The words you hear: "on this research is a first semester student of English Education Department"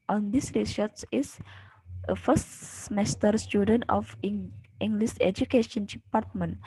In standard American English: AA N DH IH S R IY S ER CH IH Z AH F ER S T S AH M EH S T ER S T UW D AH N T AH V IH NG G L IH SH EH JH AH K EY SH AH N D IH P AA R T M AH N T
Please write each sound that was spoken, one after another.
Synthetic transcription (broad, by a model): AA N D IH S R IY S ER S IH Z AH F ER S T S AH M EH S T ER S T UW D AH N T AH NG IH NG G L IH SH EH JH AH K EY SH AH N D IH P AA R T M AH N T